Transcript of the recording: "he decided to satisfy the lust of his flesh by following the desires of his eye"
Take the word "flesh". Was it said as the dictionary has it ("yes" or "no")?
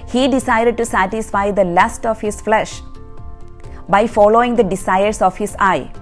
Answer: yes